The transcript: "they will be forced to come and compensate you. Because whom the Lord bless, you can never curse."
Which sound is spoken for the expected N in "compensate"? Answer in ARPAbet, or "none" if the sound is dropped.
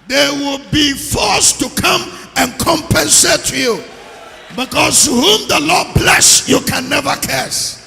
N